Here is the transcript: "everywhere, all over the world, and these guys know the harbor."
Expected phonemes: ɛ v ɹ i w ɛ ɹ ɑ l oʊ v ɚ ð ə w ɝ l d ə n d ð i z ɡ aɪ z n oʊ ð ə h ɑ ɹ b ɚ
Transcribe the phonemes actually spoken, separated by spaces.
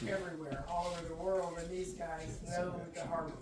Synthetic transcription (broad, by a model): ɛ v ɹ i w ɛ ɹ ɑ l oʊ v ɚ ð ə w ɝ l d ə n ð i z ɡ aɪ z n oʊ ð ə h ɑ ɹ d